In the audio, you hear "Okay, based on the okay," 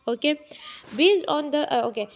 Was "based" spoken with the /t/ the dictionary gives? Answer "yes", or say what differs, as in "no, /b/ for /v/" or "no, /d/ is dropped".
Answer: no, /t/ is dropped